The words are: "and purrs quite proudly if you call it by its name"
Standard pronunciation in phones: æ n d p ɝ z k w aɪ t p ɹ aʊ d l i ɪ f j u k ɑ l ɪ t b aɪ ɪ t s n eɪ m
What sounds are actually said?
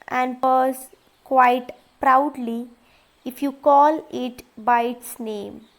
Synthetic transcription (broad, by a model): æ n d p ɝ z k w aɪ t p ɹ aʊ d l i ɪ f j u k ɑ l ɪ t b aɪ ɪ t s n eɪ m